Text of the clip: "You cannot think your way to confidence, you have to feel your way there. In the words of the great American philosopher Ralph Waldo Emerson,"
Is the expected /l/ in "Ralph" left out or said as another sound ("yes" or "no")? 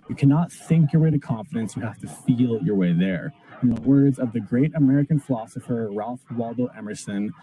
no